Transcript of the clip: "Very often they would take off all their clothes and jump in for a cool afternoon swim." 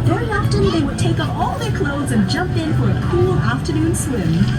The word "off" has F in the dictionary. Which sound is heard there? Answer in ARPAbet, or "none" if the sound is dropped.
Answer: P